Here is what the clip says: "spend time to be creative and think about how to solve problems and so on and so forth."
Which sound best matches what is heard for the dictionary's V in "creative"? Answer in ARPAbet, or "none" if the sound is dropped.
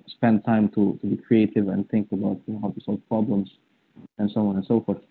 V